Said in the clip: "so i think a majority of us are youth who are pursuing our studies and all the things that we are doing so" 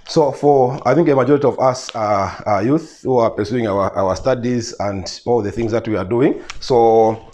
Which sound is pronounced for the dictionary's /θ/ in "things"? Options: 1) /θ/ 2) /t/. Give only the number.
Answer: 1